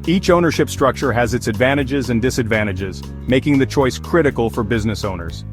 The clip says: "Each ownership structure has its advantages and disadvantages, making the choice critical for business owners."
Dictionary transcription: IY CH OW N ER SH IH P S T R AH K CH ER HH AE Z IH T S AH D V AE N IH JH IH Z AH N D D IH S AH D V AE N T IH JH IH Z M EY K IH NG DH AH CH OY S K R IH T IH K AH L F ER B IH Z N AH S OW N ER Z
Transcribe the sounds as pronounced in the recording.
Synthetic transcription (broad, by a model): IY CH OW N ER SH IH P S T R AH K CH ER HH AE Z IH T S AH D V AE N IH JH IH Z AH N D D IH S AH D V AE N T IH JH IH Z M EY K IH NG DH AH CH OY S K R IH T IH K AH L F ER B IH Z N AH S OW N ER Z